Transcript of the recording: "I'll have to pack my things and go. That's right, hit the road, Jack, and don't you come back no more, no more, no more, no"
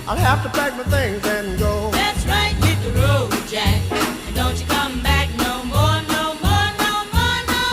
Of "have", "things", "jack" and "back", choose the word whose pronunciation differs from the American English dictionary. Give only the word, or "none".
have